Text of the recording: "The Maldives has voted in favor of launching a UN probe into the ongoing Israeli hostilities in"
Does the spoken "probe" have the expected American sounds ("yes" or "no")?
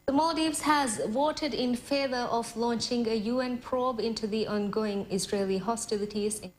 yes